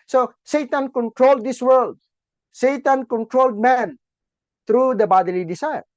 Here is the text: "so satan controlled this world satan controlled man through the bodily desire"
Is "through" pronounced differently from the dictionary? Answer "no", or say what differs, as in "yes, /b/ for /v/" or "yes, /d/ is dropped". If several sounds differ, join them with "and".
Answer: yes, /t/ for /θ/